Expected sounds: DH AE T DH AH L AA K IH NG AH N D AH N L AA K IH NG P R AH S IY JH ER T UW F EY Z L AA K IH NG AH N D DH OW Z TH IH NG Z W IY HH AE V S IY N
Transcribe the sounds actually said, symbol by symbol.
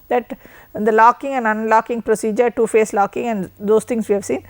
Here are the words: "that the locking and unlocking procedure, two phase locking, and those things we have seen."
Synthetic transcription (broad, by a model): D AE T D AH L AA K IH NG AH N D AH N L AA K IH NG P R AH S IY JH ER T UW F EY S L AA K IH NG AH N D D OW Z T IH NG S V IY HH AE V S IY N